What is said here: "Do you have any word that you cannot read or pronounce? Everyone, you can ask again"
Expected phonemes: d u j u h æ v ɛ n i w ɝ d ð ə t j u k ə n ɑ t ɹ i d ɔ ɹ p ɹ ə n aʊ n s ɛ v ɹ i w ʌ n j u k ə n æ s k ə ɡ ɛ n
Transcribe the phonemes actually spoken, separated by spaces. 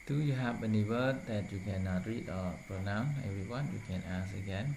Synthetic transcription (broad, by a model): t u j u h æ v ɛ n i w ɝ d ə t j u k ə n ɑ t ɹ i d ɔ l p ɹ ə n aʊ n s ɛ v ɹ i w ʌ n j u k ə n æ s ə ɡ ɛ n